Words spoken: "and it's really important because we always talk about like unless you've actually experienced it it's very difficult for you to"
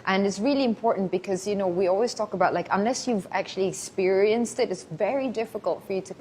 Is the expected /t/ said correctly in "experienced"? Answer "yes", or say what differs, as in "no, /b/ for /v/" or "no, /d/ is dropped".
yes